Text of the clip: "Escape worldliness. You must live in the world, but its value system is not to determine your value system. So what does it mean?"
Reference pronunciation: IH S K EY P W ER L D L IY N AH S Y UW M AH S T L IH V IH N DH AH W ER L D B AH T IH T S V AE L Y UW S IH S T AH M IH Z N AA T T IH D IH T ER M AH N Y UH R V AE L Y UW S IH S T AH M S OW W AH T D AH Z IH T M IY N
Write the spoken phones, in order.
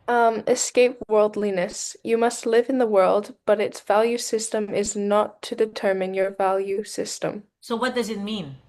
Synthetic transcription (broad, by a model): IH S K EY P W ER L D L IY N AH S Y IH M AH S T L IH V IH N DH AH W ER L D B AH T IH T S V AE L Y UW S IH S T AH M IH Z N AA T T IH D IH T ER M AH N Y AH R V AE L Y UW S IH S T AH M S OW W AH T D AH Z IH T M IY N